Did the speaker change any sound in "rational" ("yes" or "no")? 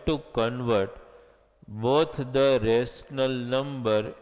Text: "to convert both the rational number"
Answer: yes